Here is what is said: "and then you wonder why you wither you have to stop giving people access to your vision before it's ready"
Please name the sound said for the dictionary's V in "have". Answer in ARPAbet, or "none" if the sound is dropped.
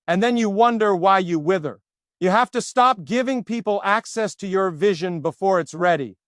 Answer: F